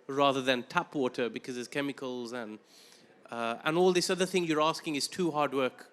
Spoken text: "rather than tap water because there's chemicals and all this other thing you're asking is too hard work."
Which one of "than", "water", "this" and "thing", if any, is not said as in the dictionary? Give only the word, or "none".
none